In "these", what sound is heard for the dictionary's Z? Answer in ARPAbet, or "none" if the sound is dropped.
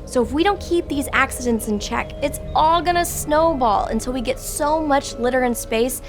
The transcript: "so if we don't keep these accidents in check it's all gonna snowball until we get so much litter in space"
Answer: Z